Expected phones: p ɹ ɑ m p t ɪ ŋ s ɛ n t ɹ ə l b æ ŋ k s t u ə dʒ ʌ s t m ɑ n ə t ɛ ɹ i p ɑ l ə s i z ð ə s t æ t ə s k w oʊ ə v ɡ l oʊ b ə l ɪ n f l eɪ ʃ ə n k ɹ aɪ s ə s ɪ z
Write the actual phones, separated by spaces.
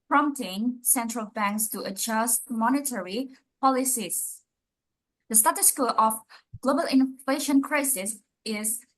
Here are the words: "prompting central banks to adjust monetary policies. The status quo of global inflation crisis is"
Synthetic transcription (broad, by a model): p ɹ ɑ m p t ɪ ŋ s ɛ n t ɹ ə l b æ ŋ k s t u ə dʒ ʌ s t m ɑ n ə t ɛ ɹ i p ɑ l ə s i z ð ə s t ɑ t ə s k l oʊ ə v ɡ l oʊ b ə l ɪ n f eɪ ʃ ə n k ɹ aɪ s ə s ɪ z